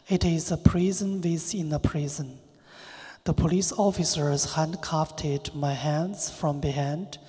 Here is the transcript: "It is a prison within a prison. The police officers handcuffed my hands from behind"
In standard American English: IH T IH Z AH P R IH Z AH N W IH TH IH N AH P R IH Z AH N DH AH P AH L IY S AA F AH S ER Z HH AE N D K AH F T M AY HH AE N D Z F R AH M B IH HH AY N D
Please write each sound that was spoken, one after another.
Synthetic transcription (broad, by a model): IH T IH Z AH P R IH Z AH N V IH S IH N AH P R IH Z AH N DH AH P AH L IY S AA F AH S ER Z HH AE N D K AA F T M AY HH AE N D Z F R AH M B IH HH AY N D